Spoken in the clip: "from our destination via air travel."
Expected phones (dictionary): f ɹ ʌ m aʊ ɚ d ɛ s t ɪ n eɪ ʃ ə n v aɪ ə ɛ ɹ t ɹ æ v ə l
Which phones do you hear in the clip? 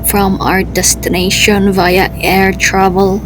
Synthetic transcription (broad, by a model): f ɹ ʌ m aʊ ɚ d ɛ s t ɪ n eɪ ʃ ə n v aɪ ə ɛ ɹ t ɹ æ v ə l